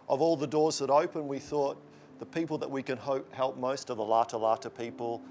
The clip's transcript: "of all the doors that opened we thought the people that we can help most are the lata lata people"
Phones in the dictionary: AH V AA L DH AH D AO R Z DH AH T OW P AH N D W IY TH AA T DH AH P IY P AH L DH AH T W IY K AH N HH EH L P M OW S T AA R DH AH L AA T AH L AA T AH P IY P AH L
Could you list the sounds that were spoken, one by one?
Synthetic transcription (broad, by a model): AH V AA L DH AH D AO R Z DH AH T OW P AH N W IY TH AA T DH AH P IY P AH L DH AH T W IY K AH N HH EH L P M OW S T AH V DH AH L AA T AH L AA T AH P IY P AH L